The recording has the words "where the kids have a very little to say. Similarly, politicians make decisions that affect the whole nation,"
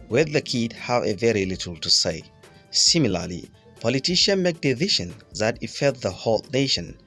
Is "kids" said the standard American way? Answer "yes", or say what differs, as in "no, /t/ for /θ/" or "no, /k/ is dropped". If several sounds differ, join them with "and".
no, /z/ is dropped